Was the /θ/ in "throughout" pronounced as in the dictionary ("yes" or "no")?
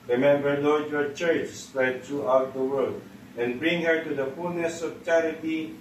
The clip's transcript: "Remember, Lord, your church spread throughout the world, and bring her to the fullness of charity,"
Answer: no